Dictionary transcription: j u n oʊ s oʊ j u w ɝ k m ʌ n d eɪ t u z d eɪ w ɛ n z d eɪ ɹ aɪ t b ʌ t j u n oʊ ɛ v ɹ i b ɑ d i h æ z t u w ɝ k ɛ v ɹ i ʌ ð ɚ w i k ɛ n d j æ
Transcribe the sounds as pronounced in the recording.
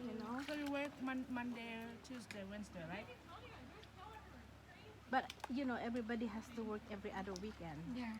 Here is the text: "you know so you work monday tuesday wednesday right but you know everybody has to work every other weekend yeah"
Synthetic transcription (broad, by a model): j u n oʊ s oʊ j u w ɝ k m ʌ n d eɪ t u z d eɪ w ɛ n s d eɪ ɹ aɪ t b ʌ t j u n oʊ ɛ v ɹ i b ɑ d i h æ s t u w ɝ k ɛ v ɹ i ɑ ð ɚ w i k ɛ n d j